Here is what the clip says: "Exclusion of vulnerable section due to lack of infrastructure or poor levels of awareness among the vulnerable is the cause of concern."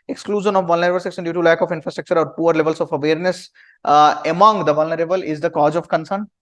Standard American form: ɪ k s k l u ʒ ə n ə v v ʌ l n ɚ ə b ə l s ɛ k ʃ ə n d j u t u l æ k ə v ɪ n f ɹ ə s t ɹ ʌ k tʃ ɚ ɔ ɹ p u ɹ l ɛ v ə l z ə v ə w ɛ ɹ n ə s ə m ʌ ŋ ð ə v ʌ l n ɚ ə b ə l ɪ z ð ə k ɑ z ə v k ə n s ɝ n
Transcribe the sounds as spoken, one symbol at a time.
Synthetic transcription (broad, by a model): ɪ k s k l u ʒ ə n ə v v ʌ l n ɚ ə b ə l s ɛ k s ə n d j u t u l æ k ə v ɪ n f ɹ ə s t ɹ ʌ k tʃ ɚ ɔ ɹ p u ɹ l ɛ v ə l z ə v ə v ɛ ɹ n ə s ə m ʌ ŋ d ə v ʌ l n ɚ ə b ə l ɪ z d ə k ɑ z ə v k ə n s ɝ n